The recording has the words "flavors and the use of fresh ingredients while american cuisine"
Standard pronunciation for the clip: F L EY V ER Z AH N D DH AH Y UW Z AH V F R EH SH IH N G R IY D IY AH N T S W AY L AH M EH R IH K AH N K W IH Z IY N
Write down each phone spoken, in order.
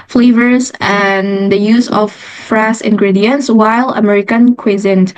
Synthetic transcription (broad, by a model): F L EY V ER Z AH N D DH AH Y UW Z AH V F R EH S IH N G R IY D IY AH N T S W AY L AH M EH R IH K AH N K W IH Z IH N